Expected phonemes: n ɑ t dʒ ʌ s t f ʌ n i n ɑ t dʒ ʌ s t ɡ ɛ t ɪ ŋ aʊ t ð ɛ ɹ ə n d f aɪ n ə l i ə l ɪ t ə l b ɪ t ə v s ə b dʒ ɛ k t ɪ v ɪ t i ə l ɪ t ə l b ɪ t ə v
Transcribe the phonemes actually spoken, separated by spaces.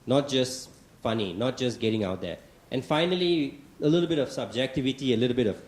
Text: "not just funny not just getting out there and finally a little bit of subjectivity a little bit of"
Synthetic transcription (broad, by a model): n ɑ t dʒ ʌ s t f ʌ n i n ɑ t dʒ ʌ s ɡ ɛ t ɪ ŋ aʊ t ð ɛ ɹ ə n f aɪ n ə l i ə l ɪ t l b ɪ t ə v s ə b dʒ ɛ k t ɪ v ɪ t i ə l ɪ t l b ɪ t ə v